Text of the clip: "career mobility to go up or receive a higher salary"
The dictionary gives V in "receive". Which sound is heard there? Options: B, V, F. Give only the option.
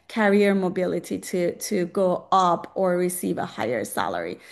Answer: V